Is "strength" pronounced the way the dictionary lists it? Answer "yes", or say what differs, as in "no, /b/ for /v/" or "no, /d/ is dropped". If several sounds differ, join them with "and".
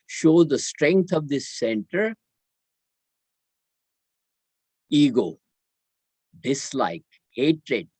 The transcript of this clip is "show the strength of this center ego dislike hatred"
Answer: no, /t/ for /θ/